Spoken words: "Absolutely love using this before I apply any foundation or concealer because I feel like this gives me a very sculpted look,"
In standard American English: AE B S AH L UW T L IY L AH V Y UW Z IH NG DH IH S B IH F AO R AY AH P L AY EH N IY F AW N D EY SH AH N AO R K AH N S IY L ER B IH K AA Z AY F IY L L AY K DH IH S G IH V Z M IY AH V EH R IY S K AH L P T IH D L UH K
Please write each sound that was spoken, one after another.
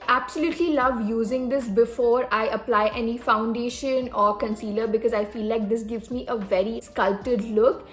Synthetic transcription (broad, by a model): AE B S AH L UW T L IY L AH V Y UW Z IH NG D IH S B IH F AO R AY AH P L AY EH N IY F AW N D EY SH AH N AO R K AH N S IY L ER B IH K AA Z AY F IY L L AY K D IH S G IH V Z M IY AH V EH R IY S K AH L T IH D L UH K